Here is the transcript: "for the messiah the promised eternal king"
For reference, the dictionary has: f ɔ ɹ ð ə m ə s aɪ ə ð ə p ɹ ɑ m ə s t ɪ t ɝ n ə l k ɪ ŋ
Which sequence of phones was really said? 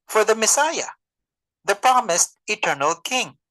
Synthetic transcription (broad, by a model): f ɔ ɹ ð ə m ə s aɪ ə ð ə p ɹ ɑ m ə s t ɪ t ɝ n ə l k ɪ ŋ